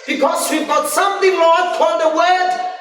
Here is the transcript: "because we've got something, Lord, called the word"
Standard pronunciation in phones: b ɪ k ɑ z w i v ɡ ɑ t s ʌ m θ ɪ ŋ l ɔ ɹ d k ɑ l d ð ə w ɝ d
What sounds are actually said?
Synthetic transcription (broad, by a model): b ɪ k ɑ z w i v ɡ ɑ t s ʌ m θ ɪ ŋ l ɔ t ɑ d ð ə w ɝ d